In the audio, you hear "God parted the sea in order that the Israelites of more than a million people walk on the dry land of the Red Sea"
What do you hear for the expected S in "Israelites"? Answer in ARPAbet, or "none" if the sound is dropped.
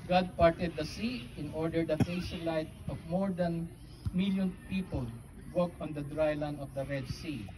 none